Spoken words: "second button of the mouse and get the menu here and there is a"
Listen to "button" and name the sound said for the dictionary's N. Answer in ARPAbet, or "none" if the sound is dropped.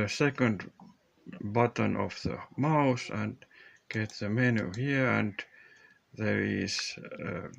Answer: N